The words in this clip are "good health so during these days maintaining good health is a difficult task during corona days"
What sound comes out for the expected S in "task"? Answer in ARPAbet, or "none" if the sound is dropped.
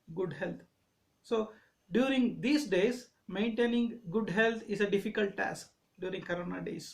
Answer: S